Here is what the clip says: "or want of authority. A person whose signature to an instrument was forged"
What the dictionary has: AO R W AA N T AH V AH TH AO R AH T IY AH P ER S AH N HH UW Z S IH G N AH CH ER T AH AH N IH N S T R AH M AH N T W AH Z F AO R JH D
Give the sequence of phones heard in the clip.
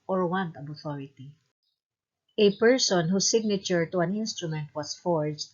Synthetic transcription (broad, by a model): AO R W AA N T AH B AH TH AO R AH T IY AH P ER S AH N HH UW S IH G N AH CH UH T AH AH N IH N S T R AH M AH N T W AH S F AO R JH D